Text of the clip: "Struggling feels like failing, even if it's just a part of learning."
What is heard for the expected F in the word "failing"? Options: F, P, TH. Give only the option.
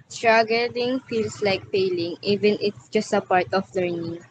P